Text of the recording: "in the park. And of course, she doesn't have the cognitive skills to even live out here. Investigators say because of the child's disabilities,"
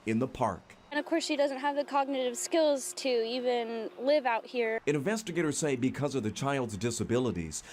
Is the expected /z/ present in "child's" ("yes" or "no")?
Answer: yes